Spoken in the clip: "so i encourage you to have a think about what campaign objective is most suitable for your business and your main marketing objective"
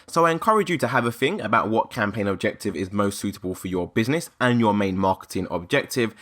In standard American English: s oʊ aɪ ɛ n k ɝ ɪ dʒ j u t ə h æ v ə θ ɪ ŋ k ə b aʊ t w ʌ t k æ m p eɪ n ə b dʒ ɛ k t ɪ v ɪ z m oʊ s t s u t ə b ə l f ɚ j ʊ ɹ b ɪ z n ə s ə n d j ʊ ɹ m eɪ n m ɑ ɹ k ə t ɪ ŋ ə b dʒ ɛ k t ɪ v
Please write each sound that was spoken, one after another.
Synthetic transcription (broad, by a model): s oʊ aɪ ɛ n k ɝ ɪ dʒ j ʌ t ə v ə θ ɪ ŋ ə b aʊ t w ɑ t k æ m p eɪ n ə b dʒ ɛ k t ɪ v ɪ z m oʊ s t s u t ə b ə l f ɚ j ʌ b ɪ z n ə s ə n j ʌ m eɪ n m ɑ k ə t ɪ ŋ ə b dʒ ɛ k t ɪ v